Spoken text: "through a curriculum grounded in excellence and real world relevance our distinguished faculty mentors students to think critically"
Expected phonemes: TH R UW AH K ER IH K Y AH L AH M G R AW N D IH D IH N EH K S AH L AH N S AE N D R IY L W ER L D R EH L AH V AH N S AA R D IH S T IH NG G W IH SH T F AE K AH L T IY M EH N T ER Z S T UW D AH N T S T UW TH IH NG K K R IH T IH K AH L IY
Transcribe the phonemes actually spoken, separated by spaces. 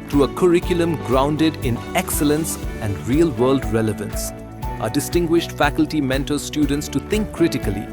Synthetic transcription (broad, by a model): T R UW AH K ER IH K Y AH L AH M G R AW N D IH D IH N EH K S AH L AH N S AE N D R IY L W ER L D R EH L AH V AH N S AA D IH S T IH NG G W IH SH T F AE K AH L T IY M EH N T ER S T UW D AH N T S T UW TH IH NG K K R IH T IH K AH L IY